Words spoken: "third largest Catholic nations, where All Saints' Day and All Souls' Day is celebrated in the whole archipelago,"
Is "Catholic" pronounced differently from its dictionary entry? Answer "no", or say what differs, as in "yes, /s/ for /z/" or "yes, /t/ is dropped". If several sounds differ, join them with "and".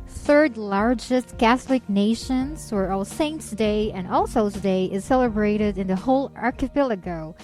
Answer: no